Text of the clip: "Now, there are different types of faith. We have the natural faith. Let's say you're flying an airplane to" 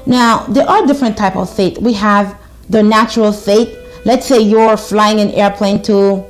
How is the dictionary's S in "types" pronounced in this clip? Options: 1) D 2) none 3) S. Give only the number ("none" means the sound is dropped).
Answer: 2